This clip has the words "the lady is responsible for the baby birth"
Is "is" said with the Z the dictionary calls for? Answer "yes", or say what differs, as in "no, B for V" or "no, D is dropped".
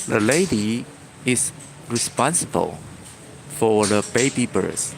no, S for Z